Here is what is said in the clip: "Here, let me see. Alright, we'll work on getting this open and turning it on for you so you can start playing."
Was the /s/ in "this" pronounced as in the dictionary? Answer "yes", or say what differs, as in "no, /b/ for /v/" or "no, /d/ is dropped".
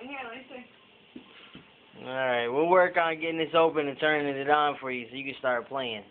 yes